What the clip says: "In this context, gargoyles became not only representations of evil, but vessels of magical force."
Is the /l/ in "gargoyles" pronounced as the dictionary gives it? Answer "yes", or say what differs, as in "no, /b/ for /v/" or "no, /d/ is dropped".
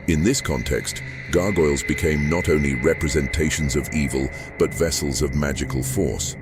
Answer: yes